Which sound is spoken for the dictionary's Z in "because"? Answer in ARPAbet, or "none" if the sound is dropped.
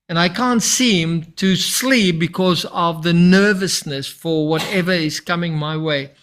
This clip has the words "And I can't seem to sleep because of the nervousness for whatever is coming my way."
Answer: Z